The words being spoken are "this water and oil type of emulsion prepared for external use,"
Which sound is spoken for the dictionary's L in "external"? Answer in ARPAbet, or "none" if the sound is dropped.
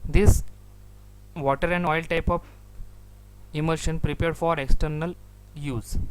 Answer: L